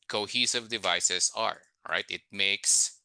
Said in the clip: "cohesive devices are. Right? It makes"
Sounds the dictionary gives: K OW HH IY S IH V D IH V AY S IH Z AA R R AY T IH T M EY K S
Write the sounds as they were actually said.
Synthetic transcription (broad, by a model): K OW HH IY S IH V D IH V AY S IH S AA R R AY T IH T M EY K S